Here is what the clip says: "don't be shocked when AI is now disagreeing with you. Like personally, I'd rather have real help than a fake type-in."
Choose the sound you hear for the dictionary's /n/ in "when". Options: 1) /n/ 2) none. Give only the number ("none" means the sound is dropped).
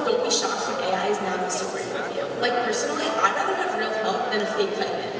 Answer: 2